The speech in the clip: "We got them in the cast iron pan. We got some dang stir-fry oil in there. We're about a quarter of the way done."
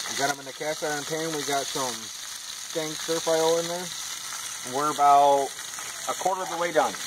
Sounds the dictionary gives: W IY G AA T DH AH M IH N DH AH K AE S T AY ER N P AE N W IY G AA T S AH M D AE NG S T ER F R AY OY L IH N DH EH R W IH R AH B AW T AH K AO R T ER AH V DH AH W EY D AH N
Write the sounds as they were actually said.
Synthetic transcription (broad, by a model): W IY G AA T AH M IH N DH AH K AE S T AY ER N P AE N W IY G AA T S AH M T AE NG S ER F AY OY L IH N DH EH R W IH R AH B AW T AH K AO R T ER AH V DH AH W EY D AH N